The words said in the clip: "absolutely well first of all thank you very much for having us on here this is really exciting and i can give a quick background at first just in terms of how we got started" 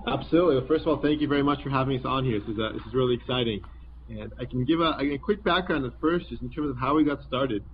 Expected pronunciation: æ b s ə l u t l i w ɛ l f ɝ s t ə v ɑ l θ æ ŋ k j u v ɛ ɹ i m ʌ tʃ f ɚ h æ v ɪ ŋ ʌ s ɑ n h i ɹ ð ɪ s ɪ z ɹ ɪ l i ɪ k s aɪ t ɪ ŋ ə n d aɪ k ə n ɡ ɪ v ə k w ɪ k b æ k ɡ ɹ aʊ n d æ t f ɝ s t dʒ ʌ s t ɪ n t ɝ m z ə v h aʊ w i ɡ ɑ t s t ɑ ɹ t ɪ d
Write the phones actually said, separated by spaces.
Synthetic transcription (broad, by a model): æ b s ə l u t l i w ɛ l f ɝ s t ə v ɑ l θ æ ŋ k j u v ɛ ɹ i m ʌ tʃ f ɚ h æ v ɪ ŋ ʌ s n h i ɹ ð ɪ s ɪ z ɹ ɪ l i ɪ k s aɪ t ɪ ŋ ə n aɪ k n ɡ ɪ v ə k w ɪ k b æ k ɡ ɹ aʊ n d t f ɝ s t dʒ ʌ s t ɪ n t ɝ m z ə v h aʊ w i ɡ ɑ t s t ɑ ɹ t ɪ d